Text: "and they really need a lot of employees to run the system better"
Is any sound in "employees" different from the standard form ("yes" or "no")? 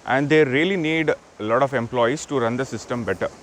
yes